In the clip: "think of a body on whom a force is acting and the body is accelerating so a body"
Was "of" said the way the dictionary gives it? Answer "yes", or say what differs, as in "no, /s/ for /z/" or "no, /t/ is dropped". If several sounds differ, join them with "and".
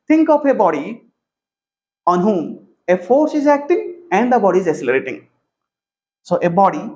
no, /p/ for /v/